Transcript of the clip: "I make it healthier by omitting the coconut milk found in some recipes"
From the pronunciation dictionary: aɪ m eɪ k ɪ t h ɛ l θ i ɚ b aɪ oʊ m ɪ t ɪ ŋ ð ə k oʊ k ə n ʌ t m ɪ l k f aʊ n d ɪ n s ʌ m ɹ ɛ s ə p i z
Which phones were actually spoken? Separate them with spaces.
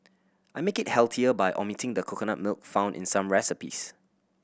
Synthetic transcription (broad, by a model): aɪ m eɪ k ɪ t h ɛ l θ i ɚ b aɪ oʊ m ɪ t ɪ ŋ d ə k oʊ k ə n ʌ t m ɪ l k f aʊ n d ɪ n s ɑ m ɹ ɛ s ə p i s